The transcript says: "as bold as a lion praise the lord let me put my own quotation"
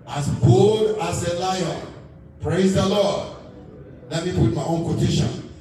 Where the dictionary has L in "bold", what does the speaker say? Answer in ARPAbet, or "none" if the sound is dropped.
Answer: none